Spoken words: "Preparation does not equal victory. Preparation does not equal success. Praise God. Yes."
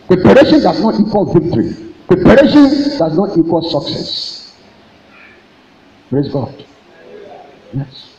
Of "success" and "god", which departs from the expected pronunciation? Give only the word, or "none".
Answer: none